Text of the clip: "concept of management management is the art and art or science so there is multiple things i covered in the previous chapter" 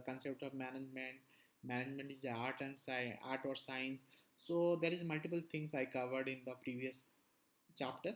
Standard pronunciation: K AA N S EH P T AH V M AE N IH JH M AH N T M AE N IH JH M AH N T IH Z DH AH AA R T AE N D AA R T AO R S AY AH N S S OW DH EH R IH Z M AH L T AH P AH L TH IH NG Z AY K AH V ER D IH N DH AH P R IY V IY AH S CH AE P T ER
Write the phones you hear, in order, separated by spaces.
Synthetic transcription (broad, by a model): K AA N S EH P T AH V M AE N IH JH M AH N T M AE N IH JH M AH N T IH Z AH AA R T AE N D AA R T AO R S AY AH N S S OW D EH R IH Z M AH L T AH P AH L T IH NG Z AY K AH V ER D IH N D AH P R IY V IY AH S CH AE P T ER